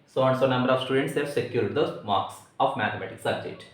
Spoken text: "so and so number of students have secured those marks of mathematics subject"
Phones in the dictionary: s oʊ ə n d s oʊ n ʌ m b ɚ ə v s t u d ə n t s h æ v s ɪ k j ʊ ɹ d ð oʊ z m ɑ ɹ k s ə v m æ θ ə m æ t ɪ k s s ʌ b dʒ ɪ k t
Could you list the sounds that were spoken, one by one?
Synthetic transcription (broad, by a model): s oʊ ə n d s oʊ n ʌ m b ɚ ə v s t u d ə n t s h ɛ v s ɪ k j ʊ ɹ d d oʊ m ɑ ɹ k s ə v m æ t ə m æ t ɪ k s s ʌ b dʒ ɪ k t